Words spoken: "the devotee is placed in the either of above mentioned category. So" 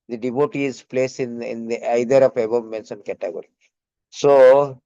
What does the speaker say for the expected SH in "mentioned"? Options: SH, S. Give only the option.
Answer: S